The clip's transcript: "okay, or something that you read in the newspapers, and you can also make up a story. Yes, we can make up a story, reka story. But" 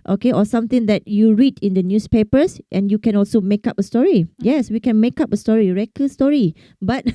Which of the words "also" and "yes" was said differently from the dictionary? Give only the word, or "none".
none